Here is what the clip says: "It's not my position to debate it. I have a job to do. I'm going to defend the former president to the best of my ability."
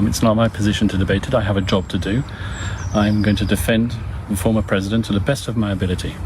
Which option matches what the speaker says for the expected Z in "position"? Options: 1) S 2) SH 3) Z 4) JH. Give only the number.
3